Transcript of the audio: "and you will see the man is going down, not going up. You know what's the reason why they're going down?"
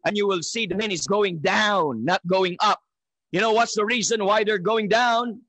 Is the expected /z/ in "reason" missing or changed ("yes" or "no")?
no